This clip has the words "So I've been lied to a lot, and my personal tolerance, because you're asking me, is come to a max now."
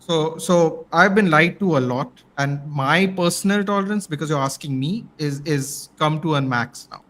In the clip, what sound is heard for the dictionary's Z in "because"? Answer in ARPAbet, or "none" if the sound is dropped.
Z